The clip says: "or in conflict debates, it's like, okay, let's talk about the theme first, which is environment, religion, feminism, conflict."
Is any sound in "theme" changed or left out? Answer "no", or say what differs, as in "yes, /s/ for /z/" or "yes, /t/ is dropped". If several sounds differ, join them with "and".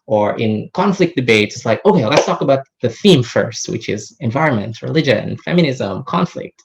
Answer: no